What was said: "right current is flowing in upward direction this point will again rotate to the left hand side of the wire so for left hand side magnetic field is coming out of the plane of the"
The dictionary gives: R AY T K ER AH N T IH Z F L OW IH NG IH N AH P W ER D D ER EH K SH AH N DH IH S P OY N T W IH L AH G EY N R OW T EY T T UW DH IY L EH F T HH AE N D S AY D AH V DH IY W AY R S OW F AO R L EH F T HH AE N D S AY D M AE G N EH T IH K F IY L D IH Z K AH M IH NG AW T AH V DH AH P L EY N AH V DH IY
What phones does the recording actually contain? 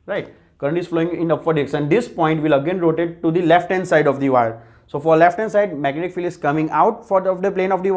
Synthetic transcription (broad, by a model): R AY T K ER AH N T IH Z F L OW IH NG IH N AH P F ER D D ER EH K S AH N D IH S P OY N T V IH L AH G EY N R OW T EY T T UW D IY L EH F T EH N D S AY D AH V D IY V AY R S OW F AO R L EH F T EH N S AY D M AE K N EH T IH K F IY L IH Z K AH M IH NG AW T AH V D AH P L EY N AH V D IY